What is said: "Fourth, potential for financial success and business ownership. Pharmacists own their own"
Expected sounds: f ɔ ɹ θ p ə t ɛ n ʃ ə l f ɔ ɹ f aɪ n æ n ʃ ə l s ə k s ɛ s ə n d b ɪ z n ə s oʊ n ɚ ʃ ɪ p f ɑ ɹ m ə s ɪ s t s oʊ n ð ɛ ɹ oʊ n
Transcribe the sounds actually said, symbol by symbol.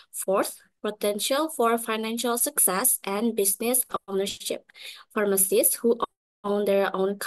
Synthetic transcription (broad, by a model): f ɔ ɹ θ p ə t ɛ n ʃ ə l f ɔ ɹ f aɪ n æ n ʃ ə l s ə k s ɛ s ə n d b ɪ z n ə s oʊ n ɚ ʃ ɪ p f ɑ ɹ m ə s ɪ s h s oʊ n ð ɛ ɹ oʊ n